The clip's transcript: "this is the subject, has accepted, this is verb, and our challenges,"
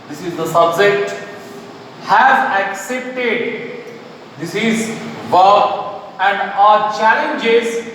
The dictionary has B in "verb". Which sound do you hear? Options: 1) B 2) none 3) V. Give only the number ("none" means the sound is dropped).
2